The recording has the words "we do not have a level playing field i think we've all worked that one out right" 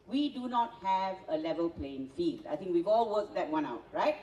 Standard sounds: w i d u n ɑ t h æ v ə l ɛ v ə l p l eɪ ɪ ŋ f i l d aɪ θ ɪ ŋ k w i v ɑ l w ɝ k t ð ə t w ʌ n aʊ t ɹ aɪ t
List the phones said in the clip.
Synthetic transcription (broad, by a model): w i d u n ɑ t h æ v ə l ɛ v ə l p l eɪ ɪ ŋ f i l d aɪ t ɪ ŋ k w i v ɑ l w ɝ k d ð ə t w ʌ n aʊ t ɹ aɪ t